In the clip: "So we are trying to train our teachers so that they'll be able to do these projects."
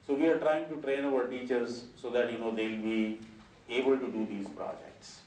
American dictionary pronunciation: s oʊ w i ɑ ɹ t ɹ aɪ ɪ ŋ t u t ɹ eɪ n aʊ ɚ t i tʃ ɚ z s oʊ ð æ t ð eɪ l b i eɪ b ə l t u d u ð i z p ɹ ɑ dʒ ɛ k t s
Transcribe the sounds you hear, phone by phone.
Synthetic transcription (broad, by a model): s oʊ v i ɑ ɹ t ɹ aɪ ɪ ŋ t u t ɹ eɪ n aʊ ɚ t i tʃ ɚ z s oʊ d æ t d eɪ l b i eɪ b ə l t u d u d i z p ɹ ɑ dʒ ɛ k t s